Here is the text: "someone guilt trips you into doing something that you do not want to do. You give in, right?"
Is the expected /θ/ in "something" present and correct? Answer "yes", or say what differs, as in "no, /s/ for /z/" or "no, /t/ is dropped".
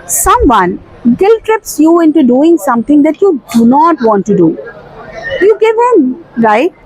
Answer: no, /t/ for /θ/